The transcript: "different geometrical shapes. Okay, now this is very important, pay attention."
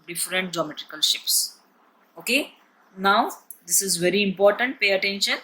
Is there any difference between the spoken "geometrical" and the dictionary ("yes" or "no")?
no